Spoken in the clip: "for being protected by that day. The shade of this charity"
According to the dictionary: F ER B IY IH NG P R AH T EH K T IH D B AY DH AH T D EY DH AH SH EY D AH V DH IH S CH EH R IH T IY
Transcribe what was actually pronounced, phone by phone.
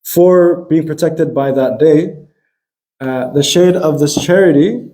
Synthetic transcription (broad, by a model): F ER B IY IH NG P R AH T EH K T IH D B AY DH AH T D EY DH AH SH EY D AH V DH IH S CH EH R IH T IY